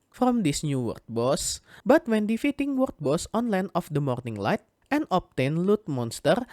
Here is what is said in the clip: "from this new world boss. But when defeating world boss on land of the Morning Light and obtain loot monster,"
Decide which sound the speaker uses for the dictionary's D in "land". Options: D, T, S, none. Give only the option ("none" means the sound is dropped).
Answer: none